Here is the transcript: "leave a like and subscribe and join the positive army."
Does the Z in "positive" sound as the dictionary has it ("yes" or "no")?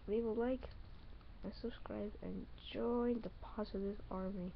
no